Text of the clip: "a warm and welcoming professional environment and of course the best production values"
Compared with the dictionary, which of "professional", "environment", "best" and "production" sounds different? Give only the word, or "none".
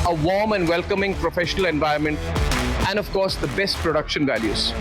environment